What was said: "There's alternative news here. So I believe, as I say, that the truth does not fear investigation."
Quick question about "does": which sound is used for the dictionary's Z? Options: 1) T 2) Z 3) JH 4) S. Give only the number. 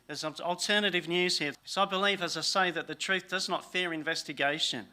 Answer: 2